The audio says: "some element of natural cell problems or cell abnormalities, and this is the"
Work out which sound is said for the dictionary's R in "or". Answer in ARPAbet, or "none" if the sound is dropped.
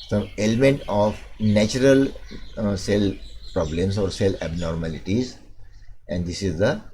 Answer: R